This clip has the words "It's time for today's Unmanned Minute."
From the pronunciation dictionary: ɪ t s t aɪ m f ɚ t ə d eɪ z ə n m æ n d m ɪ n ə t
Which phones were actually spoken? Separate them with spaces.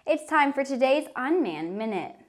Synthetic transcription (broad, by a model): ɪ t s t aɪ m f ɚ t ə d eɪ z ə n m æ n m ɪ n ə t